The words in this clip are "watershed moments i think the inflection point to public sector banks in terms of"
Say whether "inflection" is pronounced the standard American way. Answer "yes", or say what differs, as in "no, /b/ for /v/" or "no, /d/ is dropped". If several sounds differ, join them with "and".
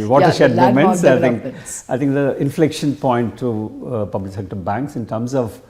yes